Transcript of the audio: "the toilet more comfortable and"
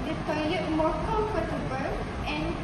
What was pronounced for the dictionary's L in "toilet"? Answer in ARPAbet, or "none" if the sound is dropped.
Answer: none